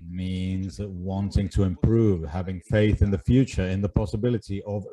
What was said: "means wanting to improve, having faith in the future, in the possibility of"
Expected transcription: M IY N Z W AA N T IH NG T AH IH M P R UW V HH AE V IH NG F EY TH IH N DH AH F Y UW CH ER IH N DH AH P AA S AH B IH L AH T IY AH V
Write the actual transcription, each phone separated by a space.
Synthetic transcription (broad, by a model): M IY N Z W AA N T IH NG T AH IH M P R UW V HH AE V IH NG F EY TH IH N DH AH F Y UW CH ER IH N DH AH P AA S AH B IH L AH T IY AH V